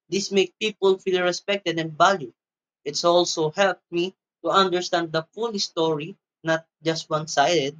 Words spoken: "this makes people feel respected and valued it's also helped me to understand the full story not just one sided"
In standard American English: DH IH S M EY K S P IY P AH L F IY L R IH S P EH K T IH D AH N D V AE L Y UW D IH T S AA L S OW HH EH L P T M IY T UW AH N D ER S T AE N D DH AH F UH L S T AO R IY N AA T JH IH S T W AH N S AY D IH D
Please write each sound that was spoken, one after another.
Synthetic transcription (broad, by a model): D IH S M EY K P IY P AH L F IY L R IH S P EH K T IH D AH N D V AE L Y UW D IH T S AA L S OW HH EH L P T M IY T UW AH N D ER S T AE N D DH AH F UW L S T AO R IY N AA T JH IH S T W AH N S AY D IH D